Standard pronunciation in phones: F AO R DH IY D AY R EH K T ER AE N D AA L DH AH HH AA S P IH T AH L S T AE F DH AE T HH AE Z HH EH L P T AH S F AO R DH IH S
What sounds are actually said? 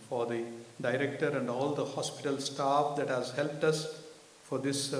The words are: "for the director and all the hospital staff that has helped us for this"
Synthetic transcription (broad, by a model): F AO R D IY D AY R EH K T ER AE N D AA L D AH HH AA S P IH T AH L S T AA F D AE T HH AE Z HH EH L P T AH S F AO R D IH S